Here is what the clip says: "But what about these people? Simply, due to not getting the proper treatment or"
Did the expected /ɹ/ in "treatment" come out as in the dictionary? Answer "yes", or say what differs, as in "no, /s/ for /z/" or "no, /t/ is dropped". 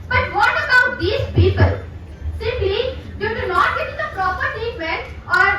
no, /ɹ/ is dropped